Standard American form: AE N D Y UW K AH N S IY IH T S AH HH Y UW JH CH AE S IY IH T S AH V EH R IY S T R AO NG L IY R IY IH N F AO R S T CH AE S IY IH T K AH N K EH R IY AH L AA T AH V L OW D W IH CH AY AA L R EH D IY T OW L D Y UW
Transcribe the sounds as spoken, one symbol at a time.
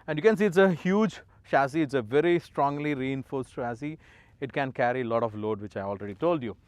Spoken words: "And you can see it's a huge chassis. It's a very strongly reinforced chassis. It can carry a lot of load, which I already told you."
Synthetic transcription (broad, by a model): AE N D Y UW K AH N S IY IH T S AH HH Y UW JH SH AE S IY IH T S AH V EH R IY S T R AO NG L IY R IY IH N F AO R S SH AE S IY IH T K AH N K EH R IY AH L AA T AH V L OW D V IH CH AY AA L R EH D IY T OW L D Y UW